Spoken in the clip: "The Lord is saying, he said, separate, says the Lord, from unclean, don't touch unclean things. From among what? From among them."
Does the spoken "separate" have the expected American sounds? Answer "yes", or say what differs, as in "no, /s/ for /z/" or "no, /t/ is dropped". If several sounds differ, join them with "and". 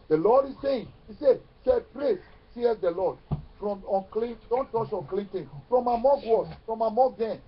yes